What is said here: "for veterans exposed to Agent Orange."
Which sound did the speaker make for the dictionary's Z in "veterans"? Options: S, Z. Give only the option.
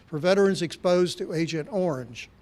Z